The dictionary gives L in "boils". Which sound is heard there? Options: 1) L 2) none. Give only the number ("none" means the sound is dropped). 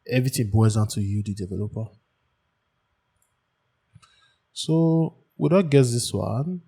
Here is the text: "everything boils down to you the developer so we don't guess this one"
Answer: 2